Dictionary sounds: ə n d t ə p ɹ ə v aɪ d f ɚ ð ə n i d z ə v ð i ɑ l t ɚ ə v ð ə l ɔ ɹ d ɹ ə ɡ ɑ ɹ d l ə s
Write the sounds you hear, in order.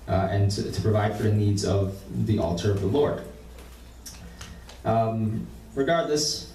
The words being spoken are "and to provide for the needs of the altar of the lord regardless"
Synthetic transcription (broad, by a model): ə n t t ə p ɹ ə v aɪ d f ɚ ð ə n i d z ə v ð i ɑ l t ɚ ə v ð ə l ɔ ɹ d ɹ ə ɡ ɑ ɹ d l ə s